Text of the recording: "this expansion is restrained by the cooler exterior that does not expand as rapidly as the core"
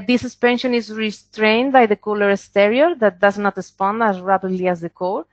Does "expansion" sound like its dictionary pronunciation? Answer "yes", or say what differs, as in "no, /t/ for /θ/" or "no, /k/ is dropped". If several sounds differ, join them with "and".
no, /k/ is dropped